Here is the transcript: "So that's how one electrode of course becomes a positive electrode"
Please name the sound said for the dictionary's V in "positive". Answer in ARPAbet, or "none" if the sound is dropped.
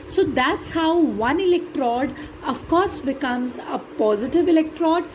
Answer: V